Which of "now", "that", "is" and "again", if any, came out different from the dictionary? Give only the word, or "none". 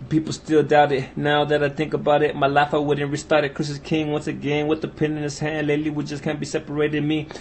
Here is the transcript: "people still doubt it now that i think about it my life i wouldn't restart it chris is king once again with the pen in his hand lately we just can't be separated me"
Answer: is